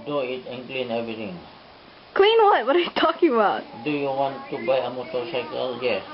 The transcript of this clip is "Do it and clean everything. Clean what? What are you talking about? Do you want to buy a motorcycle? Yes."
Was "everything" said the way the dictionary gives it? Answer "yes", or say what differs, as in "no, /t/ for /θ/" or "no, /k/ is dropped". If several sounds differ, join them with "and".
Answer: no, /t/ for /θ/